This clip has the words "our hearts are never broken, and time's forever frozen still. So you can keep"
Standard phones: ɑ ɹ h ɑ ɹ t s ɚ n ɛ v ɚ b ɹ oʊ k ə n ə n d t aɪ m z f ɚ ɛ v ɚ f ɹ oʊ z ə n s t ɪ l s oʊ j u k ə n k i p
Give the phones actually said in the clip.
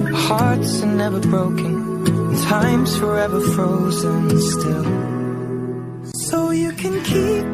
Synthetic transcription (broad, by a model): h ɑ ɹ t s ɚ n ɛ v ɚ b ɹ oʊ ə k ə n t aɪ m z f ɚ ɛ v ɚ f ɹ oʊ z ə n s t ɪ l s oʊ j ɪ k ə n k i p